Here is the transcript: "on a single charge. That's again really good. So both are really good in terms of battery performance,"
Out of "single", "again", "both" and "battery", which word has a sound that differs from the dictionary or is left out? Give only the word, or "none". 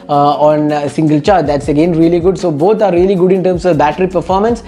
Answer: both